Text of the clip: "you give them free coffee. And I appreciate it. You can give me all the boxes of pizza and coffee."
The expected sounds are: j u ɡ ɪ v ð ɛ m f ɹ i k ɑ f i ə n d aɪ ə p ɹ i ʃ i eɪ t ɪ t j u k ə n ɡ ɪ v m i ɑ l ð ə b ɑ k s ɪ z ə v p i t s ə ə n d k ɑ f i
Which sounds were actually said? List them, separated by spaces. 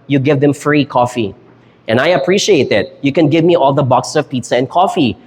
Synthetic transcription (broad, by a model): j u ɡ ɪ v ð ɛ m f ɹ i k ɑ f i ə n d aɪ ə p ɹ i ʃ i eɪ t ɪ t j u k ə n ɡ ɪ v m i ɑ l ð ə b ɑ k s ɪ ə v p i t s ə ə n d k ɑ f i